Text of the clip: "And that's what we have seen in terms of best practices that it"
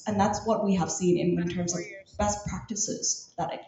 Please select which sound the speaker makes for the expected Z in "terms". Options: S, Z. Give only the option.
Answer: Z